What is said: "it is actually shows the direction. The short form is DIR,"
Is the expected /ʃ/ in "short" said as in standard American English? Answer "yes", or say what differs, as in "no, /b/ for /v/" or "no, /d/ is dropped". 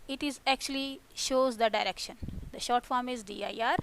yes